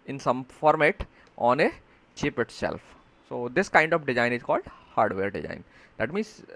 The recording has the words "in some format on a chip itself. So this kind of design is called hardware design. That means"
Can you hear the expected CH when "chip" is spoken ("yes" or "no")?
yes